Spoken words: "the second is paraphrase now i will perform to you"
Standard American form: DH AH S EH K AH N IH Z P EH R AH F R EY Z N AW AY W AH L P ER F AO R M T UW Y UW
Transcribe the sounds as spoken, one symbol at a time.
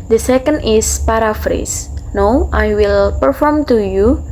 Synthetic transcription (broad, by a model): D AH S EH K AH N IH S P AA R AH F R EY S N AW AY W AH L P ER F AO R M T UW Y UW